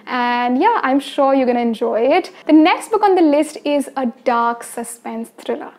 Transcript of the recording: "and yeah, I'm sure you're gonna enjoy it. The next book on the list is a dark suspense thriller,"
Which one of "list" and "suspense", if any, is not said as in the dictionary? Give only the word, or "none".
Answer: none